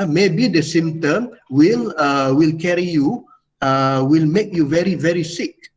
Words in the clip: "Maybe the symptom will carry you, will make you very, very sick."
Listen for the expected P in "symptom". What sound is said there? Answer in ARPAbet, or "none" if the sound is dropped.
none